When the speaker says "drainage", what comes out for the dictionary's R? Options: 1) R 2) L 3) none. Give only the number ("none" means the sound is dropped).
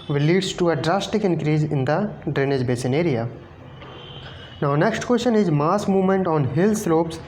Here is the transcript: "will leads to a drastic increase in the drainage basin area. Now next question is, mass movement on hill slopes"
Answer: 1